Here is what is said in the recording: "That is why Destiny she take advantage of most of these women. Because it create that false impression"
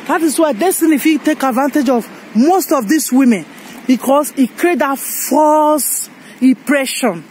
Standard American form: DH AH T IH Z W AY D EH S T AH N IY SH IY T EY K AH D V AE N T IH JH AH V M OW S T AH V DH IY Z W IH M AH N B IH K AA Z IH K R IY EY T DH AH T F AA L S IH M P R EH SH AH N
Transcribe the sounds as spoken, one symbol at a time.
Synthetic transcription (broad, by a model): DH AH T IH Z W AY D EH S T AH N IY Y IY T EY K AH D V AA N T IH JH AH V M OW S T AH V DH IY S W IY M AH N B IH K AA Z IH K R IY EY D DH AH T F AA L S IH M P R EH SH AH N